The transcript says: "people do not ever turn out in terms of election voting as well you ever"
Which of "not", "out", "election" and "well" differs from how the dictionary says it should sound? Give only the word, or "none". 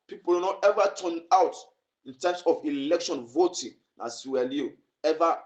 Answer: none